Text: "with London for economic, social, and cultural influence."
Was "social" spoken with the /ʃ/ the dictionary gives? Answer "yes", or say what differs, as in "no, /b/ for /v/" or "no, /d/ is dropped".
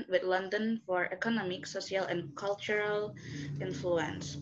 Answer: no, /s/ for /ʃ/